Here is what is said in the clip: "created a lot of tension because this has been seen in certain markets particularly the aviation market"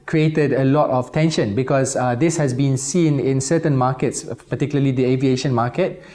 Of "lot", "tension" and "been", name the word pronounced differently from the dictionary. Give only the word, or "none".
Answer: none